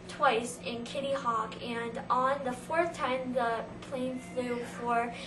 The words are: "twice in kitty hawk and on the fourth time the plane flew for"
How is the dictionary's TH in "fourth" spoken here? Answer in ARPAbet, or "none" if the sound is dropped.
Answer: TH